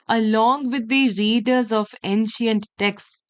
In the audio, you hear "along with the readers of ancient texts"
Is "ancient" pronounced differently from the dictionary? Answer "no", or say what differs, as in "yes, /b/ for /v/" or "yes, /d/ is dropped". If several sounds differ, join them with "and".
no